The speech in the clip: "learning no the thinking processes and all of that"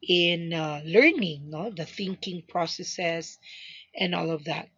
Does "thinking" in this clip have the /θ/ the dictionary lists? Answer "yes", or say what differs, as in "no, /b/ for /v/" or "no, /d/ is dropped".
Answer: yes